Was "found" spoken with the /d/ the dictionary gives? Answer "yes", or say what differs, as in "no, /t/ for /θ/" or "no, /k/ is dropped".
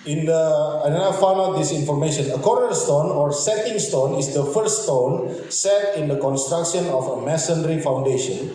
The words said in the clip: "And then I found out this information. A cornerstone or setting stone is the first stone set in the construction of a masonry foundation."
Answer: no, /d/ is dropped